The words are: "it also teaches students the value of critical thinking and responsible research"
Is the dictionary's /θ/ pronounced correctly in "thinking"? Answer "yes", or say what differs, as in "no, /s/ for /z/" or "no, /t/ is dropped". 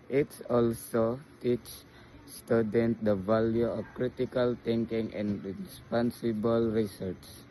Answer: no, /t/ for /θ/